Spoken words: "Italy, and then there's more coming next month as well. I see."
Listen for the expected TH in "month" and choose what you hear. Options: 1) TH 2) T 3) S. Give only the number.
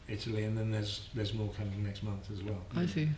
1